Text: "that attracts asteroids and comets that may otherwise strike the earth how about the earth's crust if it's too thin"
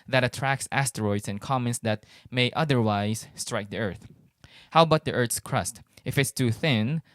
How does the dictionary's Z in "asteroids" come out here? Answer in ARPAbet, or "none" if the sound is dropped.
S